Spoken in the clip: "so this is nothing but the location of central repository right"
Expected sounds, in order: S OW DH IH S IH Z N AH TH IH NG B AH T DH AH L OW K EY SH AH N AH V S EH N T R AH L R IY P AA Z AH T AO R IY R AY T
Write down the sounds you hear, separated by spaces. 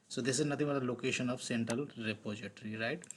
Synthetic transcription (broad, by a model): S OW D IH S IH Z N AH T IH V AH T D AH L OW K EY SH AH N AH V S EH N T R AH L R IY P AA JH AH T R IY R AY T